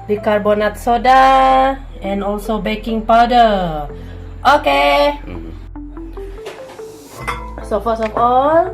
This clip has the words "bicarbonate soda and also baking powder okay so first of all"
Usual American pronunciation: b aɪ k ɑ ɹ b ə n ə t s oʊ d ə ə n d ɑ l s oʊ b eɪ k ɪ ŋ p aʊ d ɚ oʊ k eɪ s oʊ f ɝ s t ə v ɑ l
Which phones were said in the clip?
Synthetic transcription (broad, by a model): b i k ɑ ɹ b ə n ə t s oʊ d ə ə n ɑ l s oʊ b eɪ k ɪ ŋ p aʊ d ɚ oʊ k eɪ s oʊ f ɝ s ə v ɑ l